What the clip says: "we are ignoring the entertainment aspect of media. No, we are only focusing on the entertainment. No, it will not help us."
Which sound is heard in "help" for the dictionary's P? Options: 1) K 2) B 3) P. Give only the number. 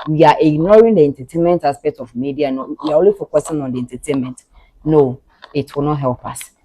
3